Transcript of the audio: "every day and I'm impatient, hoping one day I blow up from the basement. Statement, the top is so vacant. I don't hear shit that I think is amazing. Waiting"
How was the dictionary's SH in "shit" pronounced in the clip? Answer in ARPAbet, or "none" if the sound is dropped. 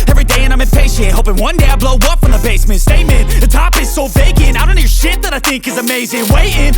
SH